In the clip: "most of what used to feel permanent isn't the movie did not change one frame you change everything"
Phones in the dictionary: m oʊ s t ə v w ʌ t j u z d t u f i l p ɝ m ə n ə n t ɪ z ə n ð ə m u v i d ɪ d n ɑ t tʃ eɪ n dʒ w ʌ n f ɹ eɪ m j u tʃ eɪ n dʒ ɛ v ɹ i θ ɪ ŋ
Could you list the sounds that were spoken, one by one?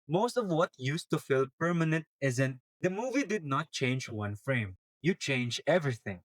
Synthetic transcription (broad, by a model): m oʊ s t ə v w ʌ t j u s t u f i l p ɝ m ə n ə n t ɪ z ə n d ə m u v i d ɪ d n ɑ t tʃ eɪ n dʒ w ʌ n f ɹ eɪ m j u tʃ eɪ n dʒ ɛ v ɹ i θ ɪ ŋ